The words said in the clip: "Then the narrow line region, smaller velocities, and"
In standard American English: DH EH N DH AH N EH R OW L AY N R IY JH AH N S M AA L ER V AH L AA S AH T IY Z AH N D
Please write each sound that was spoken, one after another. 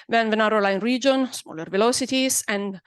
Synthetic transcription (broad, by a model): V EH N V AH N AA R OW L AY N R IY JH AH N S M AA L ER V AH L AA S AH T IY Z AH N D